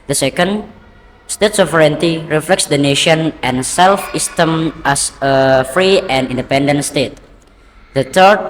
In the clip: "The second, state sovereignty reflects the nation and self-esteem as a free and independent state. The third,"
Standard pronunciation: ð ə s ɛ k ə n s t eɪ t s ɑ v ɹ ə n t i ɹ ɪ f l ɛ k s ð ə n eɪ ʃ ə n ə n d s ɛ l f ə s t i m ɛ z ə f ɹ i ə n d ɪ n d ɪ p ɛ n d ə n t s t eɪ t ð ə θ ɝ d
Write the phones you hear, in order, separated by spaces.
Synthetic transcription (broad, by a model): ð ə s ɛ k ə n s t eɪ t s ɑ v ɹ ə n t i ɹ ɪ f l ɛ k s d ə n eɪ ʃ ə n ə n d s ɛ l f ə s t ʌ m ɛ s ə f ɹ i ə n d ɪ n d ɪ p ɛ n d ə n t s t eɪ t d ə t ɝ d